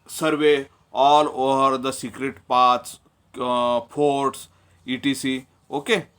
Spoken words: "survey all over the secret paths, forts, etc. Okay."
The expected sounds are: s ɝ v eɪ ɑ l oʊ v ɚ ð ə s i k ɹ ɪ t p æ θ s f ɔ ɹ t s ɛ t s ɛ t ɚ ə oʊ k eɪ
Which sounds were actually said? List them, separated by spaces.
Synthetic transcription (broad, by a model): s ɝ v eɪ ɑ l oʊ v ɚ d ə s i k ɹ ɪ t p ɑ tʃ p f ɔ ɹ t s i t i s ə oʊ k eɪ